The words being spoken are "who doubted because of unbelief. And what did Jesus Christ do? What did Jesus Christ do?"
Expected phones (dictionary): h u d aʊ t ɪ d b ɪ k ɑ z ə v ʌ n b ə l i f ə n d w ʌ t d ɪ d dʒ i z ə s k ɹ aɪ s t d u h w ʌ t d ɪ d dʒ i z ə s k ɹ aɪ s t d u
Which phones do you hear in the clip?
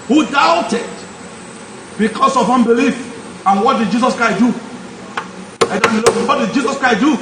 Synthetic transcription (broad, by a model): h u d aʊ t ɪ d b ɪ k ɑ s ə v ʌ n b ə l i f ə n w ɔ t d ɪ d dʒ i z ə s k ɹ aɪ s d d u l w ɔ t d ɪ d dʒ i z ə s k ɹ aɪ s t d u